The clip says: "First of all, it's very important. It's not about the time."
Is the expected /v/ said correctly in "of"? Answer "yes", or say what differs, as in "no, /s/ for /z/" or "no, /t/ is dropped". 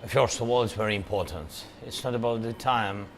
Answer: no, /w/ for /v/